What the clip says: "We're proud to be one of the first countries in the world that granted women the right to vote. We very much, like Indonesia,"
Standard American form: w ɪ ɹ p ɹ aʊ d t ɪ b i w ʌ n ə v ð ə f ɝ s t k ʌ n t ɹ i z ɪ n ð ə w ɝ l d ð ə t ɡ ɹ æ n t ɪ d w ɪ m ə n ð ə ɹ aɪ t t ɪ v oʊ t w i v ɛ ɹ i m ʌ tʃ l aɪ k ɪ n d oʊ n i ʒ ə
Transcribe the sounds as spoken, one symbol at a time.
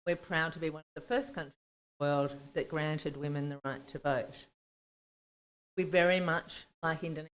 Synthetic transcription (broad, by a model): w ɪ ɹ p ɹ aʊ d t ɪ b i w ʌ n ə v ð ə f ɝ s k ʌ n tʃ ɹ i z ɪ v ð ə w ɝ l d ð ə t ɡ ɹ æ n t ɪ d w ɪ m ə n ð ə ɹ aɪ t t ɪ v oʊ t w i v ɛ ɹ i m ʌ tʃ l aɪ k ɪ n d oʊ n